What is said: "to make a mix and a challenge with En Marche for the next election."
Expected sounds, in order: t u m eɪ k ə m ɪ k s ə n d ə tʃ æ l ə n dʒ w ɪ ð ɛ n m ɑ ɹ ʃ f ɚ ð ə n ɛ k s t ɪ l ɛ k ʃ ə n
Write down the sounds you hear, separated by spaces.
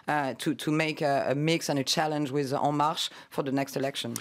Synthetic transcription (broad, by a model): t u m eɪ k ə m ɪ k s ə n ə tʃ æ l ə n dʒ w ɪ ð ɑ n m ɑ ɹ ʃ f ɚ ð ə n ɛ k s t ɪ l ɛ k ʃ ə n